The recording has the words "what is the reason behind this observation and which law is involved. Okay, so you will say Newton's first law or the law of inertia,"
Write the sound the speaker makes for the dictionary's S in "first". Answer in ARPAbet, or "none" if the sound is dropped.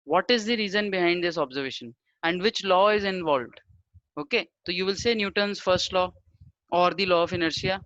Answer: S